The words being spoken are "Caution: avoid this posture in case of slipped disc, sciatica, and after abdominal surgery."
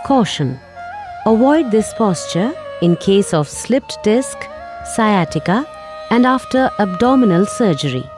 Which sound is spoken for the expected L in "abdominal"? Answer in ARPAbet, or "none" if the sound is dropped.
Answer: L